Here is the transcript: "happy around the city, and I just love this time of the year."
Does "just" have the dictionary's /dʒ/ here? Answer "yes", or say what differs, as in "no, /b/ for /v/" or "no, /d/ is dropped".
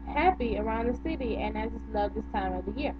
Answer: no, /z/ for /dʒ/